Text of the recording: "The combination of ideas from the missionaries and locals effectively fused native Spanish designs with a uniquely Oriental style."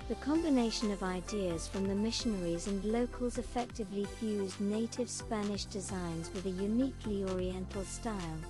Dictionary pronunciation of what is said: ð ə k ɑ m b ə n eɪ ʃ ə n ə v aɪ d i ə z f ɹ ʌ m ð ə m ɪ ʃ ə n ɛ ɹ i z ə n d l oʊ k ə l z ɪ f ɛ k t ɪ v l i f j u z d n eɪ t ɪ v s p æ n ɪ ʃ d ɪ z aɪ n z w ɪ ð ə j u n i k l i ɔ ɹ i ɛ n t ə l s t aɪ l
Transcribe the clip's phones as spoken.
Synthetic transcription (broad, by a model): ð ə k ɑ m b ə n eɪ ʃ ə n ə v aɪ d i ə z f ɹ ʌ m ð ə m ɪ ʃ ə n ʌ ɹ i z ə n l oʊ k ə l z ɪ f ɛ k t ɪ v l i f j u z n eɪ t ɪ v s p æ n ɪ ʃ d ɪ z aɪ n z w ɪ ð ə j u n i k l i ɔ ɹ i ɛ n t l s t aɪ l